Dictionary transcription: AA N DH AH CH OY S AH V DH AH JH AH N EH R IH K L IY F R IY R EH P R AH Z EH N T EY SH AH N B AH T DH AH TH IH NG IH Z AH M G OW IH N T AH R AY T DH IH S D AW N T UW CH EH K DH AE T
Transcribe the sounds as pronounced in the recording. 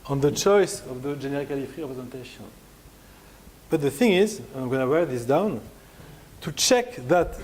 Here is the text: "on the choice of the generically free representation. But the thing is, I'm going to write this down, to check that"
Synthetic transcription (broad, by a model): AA N DH AH CH OY S AH V DH AH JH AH N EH R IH K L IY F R IY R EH P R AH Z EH N T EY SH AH N B AH T DH AH TH IH NG IH Z AH M G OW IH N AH W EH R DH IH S D AW N T UW CH EH K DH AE T